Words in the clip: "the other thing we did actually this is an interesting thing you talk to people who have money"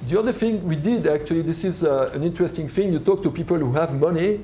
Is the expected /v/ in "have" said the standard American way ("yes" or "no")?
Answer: yes